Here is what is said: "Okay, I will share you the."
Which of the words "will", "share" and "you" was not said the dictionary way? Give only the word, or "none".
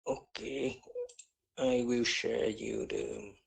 none